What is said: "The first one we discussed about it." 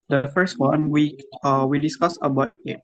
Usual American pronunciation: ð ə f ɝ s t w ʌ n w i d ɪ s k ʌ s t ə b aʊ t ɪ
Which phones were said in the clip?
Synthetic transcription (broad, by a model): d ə f ɝ s t w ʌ n w i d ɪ s k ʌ s ə b aʊ t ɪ